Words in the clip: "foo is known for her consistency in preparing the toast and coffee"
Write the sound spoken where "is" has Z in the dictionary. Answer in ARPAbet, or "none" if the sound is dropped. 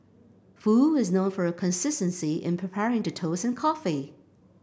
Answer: Z